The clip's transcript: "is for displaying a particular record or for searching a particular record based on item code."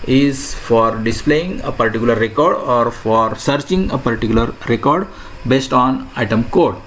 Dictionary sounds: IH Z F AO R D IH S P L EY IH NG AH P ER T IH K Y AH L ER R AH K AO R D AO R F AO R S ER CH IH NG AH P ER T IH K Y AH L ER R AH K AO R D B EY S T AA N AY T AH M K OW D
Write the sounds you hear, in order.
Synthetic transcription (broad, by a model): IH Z F AO R D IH S P L EY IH NG AH P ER T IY K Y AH L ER R AH K AO R D AO R F AO R S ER CH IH NG AH P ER T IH K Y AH L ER R AH K AO R D B EY S T AA N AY T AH M K OW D